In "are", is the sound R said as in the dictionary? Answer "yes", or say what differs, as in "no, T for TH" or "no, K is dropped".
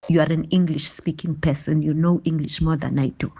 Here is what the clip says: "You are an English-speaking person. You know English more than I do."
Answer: yes